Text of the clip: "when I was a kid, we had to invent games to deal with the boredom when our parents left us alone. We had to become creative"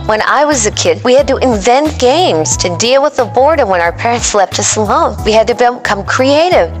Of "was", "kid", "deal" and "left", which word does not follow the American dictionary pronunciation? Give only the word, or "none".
left